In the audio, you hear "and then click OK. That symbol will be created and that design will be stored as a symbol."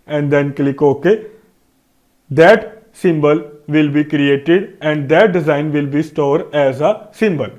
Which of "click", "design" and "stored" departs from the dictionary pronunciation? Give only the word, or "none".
none